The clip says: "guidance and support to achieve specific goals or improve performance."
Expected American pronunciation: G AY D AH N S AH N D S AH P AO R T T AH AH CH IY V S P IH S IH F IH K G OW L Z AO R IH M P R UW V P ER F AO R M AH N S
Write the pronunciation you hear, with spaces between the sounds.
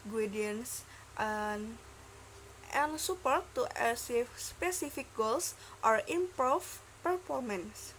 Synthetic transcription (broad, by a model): G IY D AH N S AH N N S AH P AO R T T AH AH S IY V S P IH S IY F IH K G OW L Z AO R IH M P R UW F P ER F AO R M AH N S